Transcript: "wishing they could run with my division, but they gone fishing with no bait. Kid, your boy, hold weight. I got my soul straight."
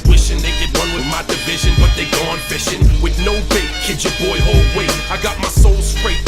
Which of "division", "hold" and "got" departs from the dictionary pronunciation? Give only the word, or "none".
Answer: none